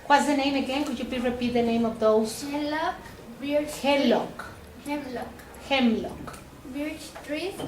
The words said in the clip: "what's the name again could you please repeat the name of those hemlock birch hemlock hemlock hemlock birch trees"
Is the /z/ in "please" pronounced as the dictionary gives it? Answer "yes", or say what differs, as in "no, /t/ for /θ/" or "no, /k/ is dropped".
no, /z/ is dropped